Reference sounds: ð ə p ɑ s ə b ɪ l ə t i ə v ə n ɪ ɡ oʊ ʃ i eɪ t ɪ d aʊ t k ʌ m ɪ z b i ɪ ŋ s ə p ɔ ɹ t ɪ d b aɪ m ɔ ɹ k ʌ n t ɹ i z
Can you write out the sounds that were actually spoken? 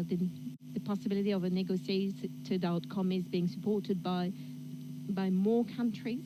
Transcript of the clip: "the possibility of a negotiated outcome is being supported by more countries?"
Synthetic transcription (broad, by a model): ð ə p ɑ s ə b ɪ l ə t i ə v ə n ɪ ɡ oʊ s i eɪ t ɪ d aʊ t k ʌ m ɪ z b i ɪ ŋ s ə p ɔ ɹ t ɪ d b aɪ m ɔ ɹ k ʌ n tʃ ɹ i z